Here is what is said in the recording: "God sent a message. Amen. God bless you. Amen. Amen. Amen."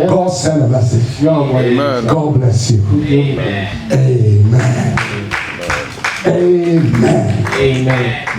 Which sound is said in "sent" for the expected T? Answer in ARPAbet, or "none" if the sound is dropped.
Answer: none